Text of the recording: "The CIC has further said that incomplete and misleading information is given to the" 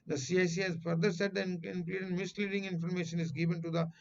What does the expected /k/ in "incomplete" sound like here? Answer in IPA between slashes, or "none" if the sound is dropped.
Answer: none